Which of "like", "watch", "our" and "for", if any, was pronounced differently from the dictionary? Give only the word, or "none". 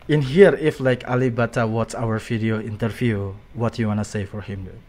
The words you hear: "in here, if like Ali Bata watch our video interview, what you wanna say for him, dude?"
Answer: watch